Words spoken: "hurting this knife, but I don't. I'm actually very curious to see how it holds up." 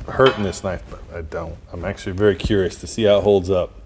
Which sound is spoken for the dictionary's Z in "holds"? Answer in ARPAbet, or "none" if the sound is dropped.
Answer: Z